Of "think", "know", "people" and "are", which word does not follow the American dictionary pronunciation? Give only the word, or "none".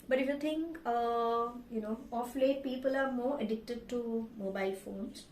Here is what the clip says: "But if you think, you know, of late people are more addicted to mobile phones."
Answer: think